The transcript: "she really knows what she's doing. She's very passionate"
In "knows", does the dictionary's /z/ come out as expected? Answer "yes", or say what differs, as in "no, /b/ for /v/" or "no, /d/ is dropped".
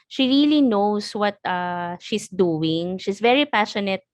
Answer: no, /s/ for /z/